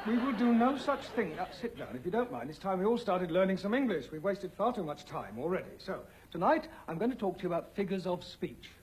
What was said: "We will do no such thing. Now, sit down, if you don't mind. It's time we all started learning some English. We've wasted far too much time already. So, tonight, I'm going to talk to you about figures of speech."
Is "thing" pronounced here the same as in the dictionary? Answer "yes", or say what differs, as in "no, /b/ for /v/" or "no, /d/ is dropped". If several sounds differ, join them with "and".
yes